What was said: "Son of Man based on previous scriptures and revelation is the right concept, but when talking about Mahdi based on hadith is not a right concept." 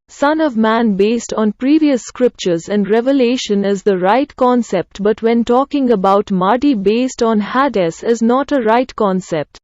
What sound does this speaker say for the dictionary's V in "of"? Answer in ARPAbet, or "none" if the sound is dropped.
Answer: V